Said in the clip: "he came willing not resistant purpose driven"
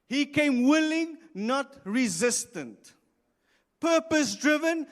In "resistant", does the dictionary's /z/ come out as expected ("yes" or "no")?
yes